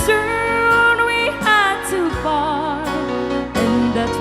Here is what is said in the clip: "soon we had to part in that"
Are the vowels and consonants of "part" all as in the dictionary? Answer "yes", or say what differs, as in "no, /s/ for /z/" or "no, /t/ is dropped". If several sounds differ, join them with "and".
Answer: no, /f/ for /p/